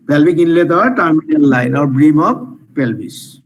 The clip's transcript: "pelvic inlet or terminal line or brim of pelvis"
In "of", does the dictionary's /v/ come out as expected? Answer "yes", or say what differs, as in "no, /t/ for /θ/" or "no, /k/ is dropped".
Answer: no, /p/ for /v/